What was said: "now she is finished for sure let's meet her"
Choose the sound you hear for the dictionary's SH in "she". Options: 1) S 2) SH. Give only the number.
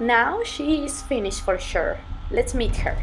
2